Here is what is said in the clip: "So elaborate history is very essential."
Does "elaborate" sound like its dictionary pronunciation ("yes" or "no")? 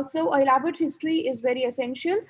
no